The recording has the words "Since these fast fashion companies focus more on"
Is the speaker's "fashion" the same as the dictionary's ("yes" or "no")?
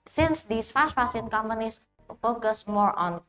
no